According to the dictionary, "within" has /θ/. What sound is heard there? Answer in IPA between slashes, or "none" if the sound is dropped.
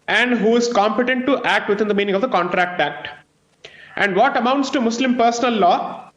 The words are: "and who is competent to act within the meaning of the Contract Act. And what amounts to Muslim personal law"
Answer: /t/